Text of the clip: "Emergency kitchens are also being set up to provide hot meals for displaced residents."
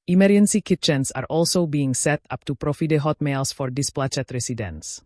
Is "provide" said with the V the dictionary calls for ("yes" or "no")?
no